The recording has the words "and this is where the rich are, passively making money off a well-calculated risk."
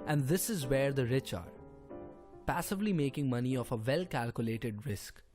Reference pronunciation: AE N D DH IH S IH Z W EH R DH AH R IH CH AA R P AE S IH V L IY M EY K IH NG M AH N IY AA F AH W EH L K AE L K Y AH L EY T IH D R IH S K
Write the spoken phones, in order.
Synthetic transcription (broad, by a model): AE N D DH IH S IH Z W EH R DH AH R IH CH AA R P AE S IH V L IY M EY K IH NG M AH N IY AA F AH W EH L K AE L K Y AH L EY T IH D R IH S K